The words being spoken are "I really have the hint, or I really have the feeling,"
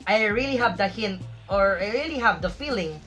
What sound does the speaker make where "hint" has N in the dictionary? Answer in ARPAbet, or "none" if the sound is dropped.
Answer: N